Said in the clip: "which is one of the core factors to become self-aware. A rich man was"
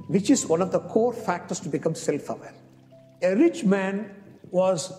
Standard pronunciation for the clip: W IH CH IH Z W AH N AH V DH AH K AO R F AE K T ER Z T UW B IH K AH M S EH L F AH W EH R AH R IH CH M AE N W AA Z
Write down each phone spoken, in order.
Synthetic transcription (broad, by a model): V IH CH IH Z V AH N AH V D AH K AO R F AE K T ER S T UW B IH K AH M S EH L F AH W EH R AH R IH CH M AE N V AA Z